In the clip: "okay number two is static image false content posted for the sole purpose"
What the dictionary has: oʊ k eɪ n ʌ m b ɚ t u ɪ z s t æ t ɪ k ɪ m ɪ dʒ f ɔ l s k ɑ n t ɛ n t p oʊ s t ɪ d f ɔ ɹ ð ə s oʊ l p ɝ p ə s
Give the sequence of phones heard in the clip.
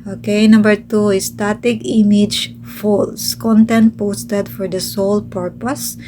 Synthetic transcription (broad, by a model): oʊ k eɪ n ʌ m b ɚ t u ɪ s t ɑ t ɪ k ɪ m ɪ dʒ f ɔ l s k ɑ n t ɛ n t p oʊ s t ɪ d f ɔ ɹ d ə s oʊ l p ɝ p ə s